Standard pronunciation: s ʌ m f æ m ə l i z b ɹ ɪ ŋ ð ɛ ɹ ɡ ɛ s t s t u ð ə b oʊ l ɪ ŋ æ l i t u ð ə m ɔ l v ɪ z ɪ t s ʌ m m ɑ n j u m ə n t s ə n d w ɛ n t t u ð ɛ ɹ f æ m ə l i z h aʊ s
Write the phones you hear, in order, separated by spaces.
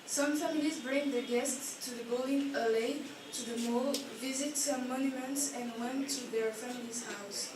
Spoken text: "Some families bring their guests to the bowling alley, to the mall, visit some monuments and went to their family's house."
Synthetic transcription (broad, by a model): s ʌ m f æ m ə l i z b ɹ ɪ ŋ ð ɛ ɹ ɡ ɛ s t s t u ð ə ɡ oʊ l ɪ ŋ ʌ l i t u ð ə m ɔ l v ɪ z ɪ t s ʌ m m ɑ n j u m ə n t s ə n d w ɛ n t t u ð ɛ ɹ f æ m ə l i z h aʊ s